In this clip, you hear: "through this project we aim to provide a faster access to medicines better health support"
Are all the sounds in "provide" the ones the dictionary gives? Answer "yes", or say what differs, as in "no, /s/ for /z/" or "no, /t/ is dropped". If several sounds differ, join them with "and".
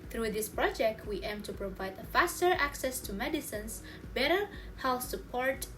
yes